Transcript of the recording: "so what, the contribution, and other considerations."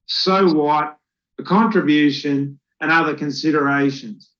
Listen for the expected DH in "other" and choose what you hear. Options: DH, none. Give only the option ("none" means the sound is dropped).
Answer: DH